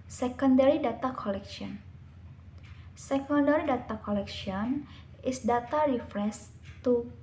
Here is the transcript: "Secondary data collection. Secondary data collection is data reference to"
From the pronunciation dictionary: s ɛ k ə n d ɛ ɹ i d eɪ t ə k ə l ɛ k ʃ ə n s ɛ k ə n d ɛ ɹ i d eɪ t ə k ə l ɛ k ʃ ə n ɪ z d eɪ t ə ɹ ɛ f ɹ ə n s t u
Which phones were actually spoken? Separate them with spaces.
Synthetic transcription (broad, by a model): s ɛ k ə n d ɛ ɹ i d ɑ t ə k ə l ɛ k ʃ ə n s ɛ k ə n d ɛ ɹ i d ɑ t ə k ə l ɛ k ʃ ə n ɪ s d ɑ t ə ɹ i f ɹ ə s t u